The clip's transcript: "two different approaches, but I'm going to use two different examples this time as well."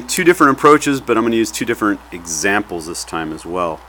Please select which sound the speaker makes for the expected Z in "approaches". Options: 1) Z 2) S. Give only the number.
1